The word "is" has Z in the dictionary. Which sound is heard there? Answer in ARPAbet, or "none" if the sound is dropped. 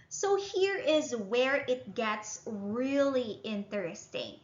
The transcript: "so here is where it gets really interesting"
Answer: Z